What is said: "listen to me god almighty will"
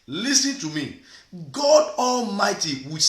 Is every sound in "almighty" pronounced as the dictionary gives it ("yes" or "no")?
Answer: yes